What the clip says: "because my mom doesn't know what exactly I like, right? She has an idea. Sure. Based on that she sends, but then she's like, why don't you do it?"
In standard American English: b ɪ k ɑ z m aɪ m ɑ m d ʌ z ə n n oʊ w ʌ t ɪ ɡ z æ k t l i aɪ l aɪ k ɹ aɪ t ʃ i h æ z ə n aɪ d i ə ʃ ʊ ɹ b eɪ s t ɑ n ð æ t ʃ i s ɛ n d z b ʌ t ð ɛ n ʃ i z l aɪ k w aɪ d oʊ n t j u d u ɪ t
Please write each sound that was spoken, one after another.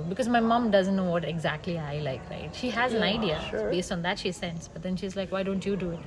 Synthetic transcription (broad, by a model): b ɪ k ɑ z m aɪ m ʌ m d ʌ z ə n n oʊ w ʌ t ɪ ɡ z æ k t l i aɪ l aɪ k ɹ aɪ t ʃ i h æ z ə n aɪ d i ə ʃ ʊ b eɪ s t ɑ n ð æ t ʃ i s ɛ n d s b ʌ t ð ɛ n ʃ i z l aɪ k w aɪ d oʊ n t j u d u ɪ t